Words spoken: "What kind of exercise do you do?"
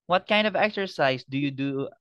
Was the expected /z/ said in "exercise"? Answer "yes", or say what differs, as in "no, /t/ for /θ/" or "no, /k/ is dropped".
no, /s/ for /z/